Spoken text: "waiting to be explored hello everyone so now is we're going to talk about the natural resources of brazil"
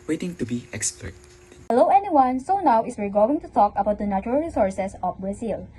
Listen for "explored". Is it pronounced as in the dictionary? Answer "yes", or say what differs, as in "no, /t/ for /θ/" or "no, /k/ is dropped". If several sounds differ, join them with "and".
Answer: no, /l/ is dropped